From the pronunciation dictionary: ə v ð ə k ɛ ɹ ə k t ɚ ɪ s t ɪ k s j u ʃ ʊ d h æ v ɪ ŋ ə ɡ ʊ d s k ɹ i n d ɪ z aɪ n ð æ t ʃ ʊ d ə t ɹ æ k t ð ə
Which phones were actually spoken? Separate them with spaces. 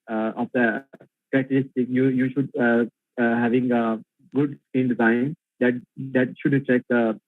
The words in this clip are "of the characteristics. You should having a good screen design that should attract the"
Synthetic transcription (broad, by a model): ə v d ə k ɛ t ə t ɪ s t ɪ k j j u ʃ ʊ d h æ v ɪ ŋ ə ɡ ʊ d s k i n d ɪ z aɪ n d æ t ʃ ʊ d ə t ɹ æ k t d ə